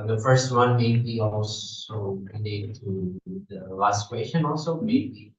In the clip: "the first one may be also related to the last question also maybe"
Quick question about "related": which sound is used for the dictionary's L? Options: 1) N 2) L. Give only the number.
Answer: 1